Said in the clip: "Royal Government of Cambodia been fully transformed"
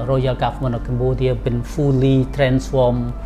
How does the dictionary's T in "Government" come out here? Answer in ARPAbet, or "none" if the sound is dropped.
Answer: none